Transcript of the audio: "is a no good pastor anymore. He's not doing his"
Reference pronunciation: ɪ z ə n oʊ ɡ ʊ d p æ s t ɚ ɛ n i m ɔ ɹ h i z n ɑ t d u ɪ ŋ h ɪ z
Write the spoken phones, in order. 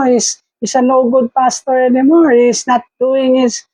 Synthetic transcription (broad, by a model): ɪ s ə n oʊ ɡ ʊ d p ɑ s t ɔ ɛ n i m ɔ ɹ h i s n ɑ t d u ɪ ŋ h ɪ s